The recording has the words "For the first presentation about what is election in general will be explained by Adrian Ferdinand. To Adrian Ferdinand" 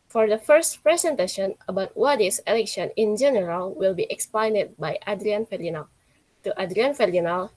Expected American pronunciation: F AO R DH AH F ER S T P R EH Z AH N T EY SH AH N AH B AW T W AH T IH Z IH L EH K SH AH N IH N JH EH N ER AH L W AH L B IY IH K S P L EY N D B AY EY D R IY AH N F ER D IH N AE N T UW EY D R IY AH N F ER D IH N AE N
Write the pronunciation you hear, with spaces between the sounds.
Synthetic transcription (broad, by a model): F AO R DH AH F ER S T P R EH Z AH N T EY SH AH N AH B AW T W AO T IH S IH L EH K SH AH N IH N JH EH N ER AH L W AH L B IY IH K S P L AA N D B AY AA D R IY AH N F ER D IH N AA L T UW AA D R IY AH N F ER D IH N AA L